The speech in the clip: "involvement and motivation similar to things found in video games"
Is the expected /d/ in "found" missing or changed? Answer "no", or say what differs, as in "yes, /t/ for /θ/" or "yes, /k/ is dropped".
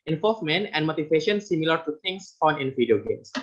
yes, /d/ is dropped